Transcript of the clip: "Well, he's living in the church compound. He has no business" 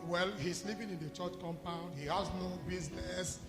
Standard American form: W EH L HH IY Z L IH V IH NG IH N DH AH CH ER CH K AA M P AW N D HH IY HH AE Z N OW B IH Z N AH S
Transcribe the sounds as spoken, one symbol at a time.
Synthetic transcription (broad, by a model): W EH L HH IY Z L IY P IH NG IH N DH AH CH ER CH K AA M P AW N D HH IY HH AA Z N OW B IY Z N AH S